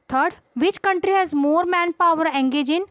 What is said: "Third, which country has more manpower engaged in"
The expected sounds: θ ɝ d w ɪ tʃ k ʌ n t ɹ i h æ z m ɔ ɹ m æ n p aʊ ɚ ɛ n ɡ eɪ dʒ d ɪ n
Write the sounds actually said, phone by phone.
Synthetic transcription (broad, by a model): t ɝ d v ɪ tʃ k ʌ n t ɹ i h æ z m ɔ ɹ m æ n p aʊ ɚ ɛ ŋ ɡ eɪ dʒ ɪ n